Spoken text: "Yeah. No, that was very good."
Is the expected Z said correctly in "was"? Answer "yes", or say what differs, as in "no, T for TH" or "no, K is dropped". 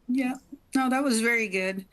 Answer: yes